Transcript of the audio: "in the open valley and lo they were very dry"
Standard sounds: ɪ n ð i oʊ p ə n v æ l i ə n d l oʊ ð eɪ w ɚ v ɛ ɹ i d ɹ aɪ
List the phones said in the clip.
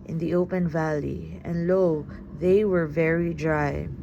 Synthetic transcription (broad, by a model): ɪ n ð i oʊ p ə n v æ l i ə n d l oʊ ð eɪ w ɚ v ɛ ɹ i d ɹ aɪ